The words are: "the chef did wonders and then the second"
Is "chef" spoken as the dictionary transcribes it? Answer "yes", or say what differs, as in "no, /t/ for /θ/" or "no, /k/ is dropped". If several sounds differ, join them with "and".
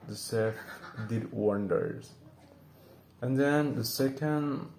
no, /s/ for /ʃ/